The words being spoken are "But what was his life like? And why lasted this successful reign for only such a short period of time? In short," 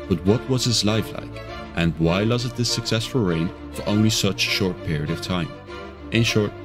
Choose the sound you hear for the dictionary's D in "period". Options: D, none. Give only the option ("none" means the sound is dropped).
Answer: D